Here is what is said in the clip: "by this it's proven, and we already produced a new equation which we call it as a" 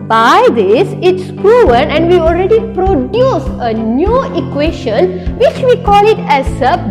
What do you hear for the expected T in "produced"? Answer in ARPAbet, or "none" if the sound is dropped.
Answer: none